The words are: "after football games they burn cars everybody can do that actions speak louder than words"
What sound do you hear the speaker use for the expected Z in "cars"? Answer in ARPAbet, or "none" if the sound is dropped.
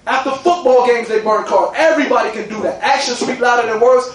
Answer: none